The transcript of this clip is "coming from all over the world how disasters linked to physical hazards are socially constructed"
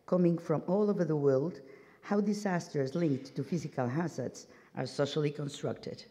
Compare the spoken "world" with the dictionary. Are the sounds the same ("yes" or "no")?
yes